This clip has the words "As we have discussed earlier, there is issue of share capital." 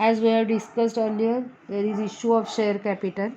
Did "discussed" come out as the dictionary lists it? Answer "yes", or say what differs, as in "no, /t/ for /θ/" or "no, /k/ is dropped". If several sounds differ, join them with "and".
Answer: yes